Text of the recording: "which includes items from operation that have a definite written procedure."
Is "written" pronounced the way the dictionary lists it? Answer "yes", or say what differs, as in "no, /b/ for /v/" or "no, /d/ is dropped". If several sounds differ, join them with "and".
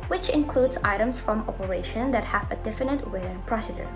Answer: no, /w/ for /ɹ/